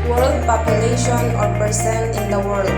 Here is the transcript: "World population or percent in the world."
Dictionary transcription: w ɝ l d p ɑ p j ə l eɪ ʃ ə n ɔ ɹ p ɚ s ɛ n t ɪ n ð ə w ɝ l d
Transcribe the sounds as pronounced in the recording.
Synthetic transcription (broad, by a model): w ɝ l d p ɑ p j ə l eɪ ʃ ə n ɔ ɹ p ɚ s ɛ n ɪ n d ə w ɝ l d